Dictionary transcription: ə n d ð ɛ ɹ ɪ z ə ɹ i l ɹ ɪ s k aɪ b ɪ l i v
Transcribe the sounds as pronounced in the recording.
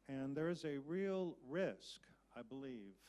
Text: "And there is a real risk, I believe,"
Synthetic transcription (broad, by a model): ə n ð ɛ ɹ ɪ z ə ɹ i l ɹ ɪ s k aɪ b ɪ l i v